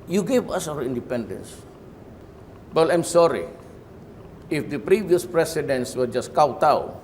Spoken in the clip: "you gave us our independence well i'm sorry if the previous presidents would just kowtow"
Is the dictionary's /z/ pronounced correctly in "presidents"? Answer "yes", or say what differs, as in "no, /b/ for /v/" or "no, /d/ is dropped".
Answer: no, /s/ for /z/